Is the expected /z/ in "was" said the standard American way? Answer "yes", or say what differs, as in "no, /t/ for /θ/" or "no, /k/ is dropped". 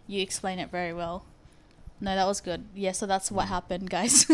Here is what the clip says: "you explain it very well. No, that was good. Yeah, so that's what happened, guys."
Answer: yes